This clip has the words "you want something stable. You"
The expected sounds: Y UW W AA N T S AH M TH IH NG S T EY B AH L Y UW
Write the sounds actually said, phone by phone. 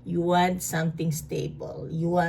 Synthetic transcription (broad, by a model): Y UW W AA N T S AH M T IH NG S T EY B AH L Y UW